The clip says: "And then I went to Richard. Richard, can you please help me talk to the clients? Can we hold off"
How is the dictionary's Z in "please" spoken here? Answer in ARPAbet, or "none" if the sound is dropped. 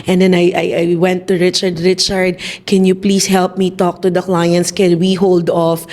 S